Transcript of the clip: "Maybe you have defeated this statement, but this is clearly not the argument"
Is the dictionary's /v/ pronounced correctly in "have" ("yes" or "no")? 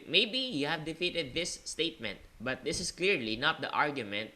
yes